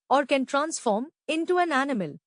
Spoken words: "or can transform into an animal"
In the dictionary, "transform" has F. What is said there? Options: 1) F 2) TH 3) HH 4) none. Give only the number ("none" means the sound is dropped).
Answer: 1